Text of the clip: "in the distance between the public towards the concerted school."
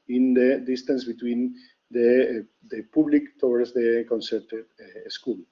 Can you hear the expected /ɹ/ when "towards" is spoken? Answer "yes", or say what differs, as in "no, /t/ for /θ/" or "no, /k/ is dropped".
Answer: no, /w/ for /ɹ/